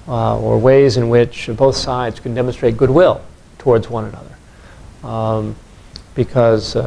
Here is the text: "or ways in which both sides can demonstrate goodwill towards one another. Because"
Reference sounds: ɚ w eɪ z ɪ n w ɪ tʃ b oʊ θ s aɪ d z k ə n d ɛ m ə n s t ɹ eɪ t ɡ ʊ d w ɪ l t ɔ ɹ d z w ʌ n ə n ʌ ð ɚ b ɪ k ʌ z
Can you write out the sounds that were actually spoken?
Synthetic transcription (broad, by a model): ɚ w eɪ z ɪ n w ɪ tʃ b oʊ θ s aɪ d z k ə n d ɛ m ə n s t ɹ eɪ t ɡ ʊ d w ɪ l t ɔ ɹ d z w ʌ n ə n ʌ ð ɚ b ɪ k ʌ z